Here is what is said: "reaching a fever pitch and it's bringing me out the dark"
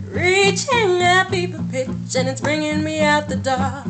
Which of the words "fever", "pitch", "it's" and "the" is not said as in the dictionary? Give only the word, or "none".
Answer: fever